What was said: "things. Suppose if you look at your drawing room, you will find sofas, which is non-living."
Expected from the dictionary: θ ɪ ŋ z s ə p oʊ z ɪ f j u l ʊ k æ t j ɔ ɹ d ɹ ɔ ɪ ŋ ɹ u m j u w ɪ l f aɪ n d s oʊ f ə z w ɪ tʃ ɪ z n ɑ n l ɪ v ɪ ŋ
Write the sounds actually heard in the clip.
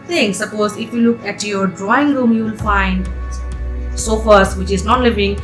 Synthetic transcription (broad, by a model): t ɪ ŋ s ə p oʊ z ɪ f j u l ʊ k æ t j ɔ ɹ d ɹ ɔ ɪ ŋ ɹ u m j u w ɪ l f aɪ n d s oʊ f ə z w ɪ tʃ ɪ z n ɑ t l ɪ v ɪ ŋ